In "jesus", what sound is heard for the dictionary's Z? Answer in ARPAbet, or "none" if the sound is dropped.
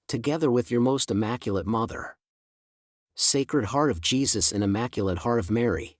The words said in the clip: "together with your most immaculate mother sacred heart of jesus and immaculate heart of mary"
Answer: Z